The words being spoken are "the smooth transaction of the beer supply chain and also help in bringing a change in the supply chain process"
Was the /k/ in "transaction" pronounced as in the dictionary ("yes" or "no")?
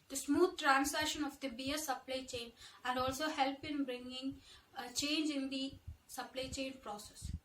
no